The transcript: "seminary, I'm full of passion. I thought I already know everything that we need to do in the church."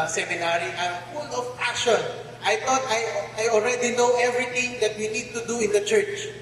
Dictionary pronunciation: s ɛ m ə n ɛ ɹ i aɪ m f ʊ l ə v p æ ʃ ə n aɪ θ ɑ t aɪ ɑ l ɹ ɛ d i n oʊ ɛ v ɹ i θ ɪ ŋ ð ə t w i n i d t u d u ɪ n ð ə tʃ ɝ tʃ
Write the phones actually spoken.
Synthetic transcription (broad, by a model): s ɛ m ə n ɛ ɹ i aɪ m f ʊ l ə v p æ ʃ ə n aɪ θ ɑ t aɪ ɑ l ɹ ɛ d i n oʊ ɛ v ɹ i t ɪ ŋ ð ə t w i n i d t u d u ɪ n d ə tʃ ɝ tʃ